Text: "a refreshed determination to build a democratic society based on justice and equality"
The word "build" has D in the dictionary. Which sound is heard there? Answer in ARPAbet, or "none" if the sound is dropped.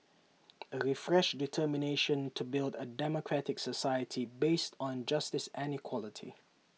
D